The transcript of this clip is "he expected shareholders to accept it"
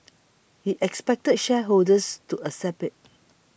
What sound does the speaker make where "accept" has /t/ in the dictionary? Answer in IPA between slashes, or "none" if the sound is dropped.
none